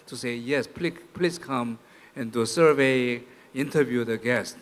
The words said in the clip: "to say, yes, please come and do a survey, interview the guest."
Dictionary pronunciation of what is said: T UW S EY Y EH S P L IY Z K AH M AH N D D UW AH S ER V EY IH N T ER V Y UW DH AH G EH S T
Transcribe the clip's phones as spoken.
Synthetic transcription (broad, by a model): T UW S EY Y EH S P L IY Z K AH M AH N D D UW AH S ER V EY IH N T ER V Y UW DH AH G EH S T